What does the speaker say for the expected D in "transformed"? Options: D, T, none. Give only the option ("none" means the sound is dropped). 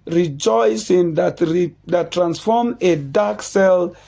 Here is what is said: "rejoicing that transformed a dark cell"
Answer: none